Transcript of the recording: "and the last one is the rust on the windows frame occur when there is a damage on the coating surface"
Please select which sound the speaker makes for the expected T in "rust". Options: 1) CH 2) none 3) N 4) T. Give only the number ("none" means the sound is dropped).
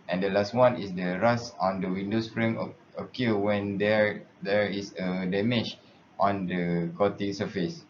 2